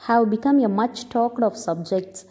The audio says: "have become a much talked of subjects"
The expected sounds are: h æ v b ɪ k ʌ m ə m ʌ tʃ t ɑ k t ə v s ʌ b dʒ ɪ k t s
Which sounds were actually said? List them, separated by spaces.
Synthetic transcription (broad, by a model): h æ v b ɪ k ʌ m ə m ʌ tʃ t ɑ k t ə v s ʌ b dʒ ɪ k t s